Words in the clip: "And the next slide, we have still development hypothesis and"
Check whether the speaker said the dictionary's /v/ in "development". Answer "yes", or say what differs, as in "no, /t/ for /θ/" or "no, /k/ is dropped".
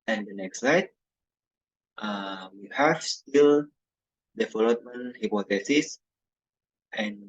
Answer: no, /f/ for /v/